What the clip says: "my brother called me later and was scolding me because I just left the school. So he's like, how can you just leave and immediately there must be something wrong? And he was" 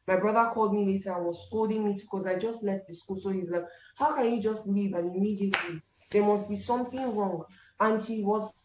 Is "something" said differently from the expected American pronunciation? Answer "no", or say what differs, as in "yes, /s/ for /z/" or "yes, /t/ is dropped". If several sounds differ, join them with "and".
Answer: no